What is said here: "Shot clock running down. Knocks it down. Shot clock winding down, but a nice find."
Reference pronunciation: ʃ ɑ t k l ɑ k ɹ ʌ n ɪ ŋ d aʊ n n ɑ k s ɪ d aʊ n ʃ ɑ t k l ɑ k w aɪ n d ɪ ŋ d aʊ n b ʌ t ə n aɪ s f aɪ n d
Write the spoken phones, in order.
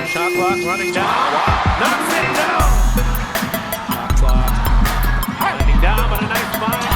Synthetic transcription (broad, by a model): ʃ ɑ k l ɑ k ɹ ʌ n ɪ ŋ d aʊ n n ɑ s ɪ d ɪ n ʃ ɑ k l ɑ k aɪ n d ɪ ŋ d aʊ n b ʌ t ə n aɪ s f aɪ